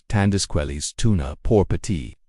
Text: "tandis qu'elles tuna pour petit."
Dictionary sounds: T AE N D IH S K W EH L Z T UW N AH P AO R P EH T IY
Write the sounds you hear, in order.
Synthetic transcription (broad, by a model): T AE N D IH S K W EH L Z T UW N AH P AO R P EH T IY